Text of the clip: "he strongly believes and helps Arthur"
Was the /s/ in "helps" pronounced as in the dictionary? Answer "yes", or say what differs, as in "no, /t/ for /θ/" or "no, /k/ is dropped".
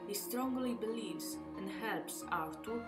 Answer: yes